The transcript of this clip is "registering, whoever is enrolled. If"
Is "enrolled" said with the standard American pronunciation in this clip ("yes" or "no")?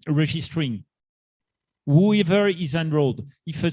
yes